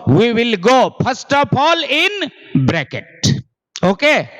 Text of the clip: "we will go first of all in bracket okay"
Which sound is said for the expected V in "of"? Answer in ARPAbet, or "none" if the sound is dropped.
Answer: P